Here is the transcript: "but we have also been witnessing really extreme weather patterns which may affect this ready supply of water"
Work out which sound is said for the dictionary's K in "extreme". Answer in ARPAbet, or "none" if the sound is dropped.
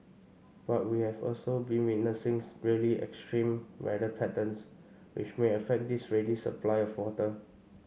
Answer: K